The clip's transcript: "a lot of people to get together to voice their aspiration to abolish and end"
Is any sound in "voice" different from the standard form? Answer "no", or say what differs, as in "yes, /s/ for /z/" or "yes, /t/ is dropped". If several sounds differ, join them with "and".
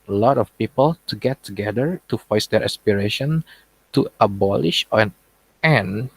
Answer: yes, /f/ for /v/